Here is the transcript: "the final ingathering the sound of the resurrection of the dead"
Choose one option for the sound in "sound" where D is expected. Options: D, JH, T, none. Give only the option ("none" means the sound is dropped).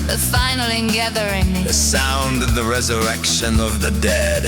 D